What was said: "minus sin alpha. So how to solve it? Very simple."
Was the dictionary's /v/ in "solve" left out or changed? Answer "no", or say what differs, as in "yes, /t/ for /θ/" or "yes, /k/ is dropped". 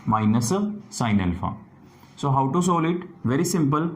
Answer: yes, /v/ is dropped